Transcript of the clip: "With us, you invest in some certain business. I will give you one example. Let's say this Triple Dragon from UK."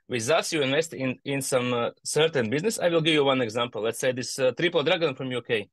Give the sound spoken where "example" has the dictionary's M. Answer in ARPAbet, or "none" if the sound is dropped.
M